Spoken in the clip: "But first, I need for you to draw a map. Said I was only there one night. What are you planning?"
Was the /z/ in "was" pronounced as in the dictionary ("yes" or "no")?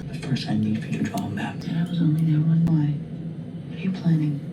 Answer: yes